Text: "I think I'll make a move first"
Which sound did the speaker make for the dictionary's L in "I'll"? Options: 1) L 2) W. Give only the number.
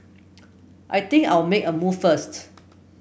2